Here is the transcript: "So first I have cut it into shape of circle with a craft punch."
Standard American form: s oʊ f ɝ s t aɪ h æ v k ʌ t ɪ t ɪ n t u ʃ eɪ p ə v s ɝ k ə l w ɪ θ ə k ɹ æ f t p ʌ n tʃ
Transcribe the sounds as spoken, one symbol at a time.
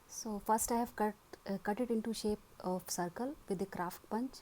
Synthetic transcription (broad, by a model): s oʊ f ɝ s t aɪ h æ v k ʌ t ɪ t ɪ n t u ʃ eɪ p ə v s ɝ k ə l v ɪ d ə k ɹ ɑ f t p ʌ n tʃ